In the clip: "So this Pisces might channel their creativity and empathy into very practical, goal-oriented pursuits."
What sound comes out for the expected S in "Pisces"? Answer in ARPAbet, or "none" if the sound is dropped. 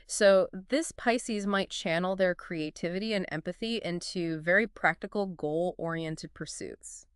S